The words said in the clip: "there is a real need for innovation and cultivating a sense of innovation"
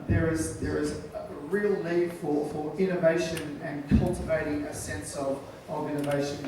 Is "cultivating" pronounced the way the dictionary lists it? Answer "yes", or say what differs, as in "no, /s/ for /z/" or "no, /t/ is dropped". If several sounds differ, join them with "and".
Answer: yes